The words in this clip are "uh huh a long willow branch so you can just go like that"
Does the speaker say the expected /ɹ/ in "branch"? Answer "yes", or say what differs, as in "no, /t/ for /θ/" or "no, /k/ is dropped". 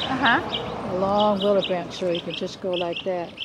no, /ɹ/ is dropped